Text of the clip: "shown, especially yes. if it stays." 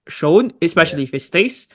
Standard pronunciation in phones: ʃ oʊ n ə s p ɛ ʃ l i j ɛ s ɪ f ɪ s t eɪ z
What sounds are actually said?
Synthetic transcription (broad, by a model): ʃ oʊ n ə s p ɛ ʃ i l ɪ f ɪ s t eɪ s